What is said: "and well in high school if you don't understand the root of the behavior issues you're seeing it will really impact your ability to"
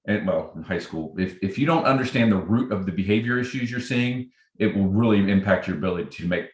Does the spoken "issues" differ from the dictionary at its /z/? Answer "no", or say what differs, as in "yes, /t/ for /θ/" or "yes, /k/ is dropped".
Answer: no